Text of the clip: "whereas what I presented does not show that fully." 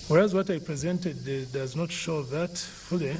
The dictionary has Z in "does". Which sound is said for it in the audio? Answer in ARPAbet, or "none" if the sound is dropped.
Z